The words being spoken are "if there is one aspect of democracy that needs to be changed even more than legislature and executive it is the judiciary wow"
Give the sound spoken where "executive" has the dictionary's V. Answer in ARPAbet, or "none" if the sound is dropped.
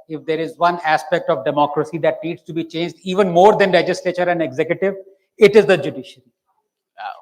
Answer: V